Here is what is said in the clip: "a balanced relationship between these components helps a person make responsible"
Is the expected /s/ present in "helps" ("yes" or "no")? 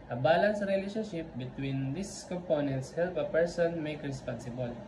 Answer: no